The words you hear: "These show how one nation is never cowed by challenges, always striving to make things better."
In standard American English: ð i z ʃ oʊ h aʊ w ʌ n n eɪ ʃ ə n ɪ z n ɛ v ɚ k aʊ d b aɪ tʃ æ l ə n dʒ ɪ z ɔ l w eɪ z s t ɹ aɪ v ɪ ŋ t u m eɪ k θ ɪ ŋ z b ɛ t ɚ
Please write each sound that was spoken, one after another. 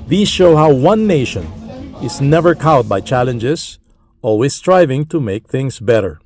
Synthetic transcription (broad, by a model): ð i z ʃ oʊ h aʊ w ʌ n n eɪ ʃ ə n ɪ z n ɛ v ɚ k aʊ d b aɪ tʃ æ l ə n dʒ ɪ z ɔ l w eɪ s t ɹ aɪ v ɪ ŋ t u m eɪ k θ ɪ ŋ s b ɛ t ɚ